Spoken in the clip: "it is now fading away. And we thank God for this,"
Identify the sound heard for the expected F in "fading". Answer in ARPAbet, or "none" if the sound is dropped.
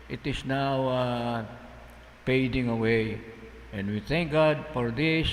P